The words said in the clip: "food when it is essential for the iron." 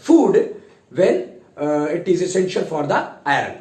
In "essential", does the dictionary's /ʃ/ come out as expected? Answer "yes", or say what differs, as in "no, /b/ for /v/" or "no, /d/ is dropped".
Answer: yes